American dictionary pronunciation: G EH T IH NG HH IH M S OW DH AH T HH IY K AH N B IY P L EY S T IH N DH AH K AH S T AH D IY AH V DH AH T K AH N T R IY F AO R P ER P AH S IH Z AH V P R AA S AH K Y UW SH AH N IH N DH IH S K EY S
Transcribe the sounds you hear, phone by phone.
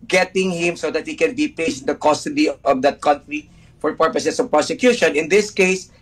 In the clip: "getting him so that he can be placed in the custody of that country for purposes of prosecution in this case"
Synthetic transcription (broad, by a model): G EH T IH NG HH IH M S OW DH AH T HH IY K AH N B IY P EY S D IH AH K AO S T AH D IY AH V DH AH T K AH N T R IY F AO R P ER P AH S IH S AH V P R AA S AH K Y UW SH AH N IH N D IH S K EY S